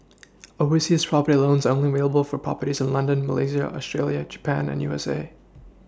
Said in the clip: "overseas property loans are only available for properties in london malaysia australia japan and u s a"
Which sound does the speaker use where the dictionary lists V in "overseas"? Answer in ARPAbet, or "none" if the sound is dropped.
W